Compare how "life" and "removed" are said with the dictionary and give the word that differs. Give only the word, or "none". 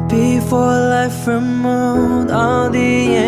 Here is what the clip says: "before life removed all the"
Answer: removed